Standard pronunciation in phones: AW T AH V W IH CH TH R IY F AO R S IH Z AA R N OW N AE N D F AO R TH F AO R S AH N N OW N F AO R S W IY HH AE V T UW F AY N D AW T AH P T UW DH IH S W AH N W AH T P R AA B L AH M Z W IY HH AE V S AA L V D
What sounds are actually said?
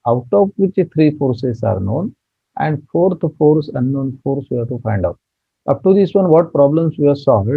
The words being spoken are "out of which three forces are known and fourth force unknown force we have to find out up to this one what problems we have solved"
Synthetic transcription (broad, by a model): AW T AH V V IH CH T R IY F AO R S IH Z AA R N OW N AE N D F AO R T F AO R S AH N N OW N F AO R S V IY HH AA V T UW F AY N D AW T AH P T UW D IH S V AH N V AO T P R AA B L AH M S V IY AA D S AA L V D